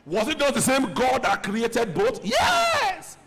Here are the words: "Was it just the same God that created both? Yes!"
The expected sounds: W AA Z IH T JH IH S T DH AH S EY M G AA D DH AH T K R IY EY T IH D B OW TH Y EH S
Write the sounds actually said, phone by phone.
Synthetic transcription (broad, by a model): W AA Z IH T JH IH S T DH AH S EY M G AA D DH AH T K R IY EY T IH D B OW T Y EH S